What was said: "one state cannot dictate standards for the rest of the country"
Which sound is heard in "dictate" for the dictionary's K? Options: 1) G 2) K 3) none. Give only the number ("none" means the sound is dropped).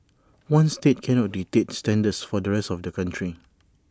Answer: 3